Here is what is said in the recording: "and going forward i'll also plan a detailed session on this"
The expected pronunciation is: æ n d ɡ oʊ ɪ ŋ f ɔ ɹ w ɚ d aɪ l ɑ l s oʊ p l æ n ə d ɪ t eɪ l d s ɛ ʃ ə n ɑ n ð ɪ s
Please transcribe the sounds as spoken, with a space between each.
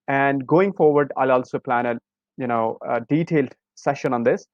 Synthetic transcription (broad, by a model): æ n d ɡ oʊ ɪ ŋ f ɔ ɹ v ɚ d aɪ l ɑ l s oʊ p l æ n ə d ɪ t eɪ l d s ɛ ʃ ə n ɑ n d ɪ s